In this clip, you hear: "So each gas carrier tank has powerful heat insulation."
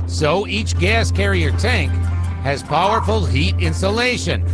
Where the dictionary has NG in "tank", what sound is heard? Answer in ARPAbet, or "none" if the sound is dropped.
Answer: NG